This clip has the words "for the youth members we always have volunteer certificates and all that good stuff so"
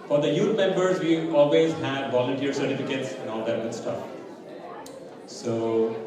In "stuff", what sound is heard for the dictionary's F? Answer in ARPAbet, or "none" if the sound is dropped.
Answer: F